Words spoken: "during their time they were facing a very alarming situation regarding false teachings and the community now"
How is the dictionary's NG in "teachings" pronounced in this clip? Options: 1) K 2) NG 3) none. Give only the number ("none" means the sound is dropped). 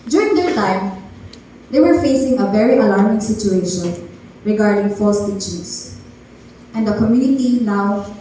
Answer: 3